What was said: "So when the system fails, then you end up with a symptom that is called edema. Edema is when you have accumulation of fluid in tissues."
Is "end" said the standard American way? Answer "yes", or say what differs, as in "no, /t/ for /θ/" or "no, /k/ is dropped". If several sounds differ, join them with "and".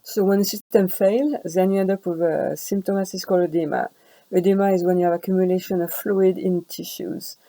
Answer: no, /n/ is dropped